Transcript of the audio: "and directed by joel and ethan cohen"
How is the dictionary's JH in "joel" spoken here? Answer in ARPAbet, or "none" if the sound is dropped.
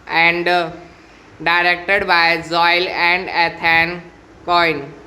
Z